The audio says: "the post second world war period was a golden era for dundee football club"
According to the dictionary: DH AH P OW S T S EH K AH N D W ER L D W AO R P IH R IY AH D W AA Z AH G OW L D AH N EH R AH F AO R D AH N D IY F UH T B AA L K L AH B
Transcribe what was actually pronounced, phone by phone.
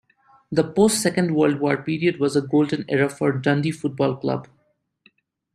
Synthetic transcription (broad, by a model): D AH P OW S T S EH K AH N D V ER L D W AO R P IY R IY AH D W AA Z AH G OW L D AH N EH R AH F AO R D AH N D IY F UH T B AA L K L AH B